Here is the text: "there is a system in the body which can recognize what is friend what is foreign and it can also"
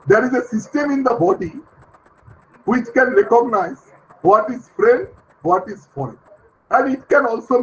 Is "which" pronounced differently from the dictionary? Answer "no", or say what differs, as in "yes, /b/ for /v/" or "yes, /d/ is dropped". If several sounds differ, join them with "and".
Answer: no